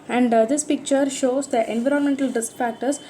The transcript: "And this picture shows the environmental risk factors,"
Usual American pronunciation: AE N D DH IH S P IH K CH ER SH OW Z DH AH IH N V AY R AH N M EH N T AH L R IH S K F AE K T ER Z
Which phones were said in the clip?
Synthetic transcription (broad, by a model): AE N D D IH S P IH K CH ER SH OW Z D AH IH N V AY R AH N M EH N T AH L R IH S K F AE K T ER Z